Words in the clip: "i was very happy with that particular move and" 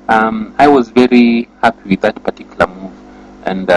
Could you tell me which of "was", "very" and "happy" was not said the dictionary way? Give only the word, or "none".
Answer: none